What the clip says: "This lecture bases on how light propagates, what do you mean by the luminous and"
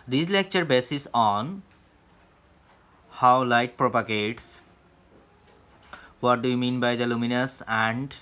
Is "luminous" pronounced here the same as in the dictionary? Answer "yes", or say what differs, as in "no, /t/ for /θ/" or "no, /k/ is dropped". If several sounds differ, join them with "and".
yes